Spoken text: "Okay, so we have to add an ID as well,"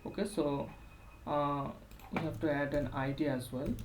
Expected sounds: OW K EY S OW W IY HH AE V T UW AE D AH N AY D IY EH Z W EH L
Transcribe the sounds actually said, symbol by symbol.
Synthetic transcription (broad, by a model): OW K EY S OW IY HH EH B T UW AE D AH N AY D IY EH Z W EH L